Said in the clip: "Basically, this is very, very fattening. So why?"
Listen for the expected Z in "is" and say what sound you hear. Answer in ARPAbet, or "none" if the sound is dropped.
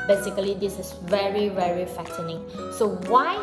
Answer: S